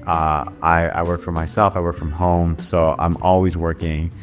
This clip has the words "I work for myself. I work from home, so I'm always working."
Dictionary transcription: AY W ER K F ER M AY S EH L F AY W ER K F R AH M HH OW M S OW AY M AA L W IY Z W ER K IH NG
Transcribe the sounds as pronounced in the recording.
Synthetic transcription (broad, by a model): AY W ER K F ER M AY S EH L F AY W ER K F R AH M HH OW M S OW AY M AA L W IY Z W ER K IH NG